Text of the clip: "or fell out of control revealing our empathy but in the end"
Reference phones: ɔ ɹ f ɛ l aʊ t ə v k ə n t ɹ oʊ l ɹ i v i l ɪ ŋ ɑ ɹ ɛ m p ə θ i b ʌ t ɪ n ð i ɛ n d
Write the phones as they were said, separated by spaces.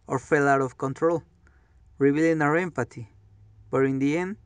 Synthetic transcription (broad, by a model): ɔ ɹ f ɛ l aʊ t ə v k ə n t ɹ oʊ l ɹ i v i l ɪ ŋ ɑ ɹ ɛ m p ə t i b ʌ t ɪ n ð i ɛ n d